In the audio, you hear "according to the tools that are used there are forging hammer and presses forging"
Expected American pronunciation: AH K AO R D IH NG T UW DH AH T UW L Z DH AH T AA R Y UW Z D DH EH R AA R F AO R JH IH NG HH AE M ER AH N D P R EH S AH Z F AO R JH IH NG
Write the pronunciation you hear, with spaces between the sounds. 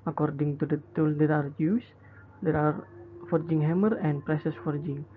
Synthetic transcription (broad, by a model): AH K AO R D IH NG T UW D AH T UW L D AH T AA R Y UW S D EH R AA R F AO R JH IH NG HH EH M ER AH N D P R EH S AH S F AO R JH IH NG